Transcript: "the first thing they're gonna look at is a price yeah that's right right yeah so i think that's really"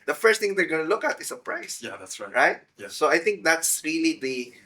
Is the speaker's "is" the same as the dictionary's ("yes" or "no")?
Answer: no